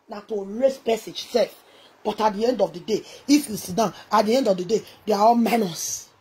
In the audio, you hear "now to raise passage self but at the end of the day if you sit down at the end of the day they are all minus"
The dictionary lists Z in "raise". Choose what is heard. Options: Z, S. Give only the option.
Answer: S